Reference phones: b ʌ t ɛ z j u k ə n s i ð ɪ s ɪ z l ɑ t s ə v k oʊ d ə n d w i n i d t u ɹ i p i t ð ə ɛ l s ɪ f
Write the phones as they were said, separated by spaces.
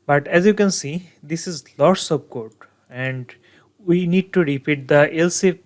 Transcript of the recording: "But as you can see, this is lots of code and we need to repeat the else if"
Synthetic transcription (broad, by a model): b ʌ t ɛ z j u k ə n s i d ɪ s ɪ z l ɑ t s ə b k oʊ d ə n d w i n i d t u ɹ i p i t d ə ɛ l s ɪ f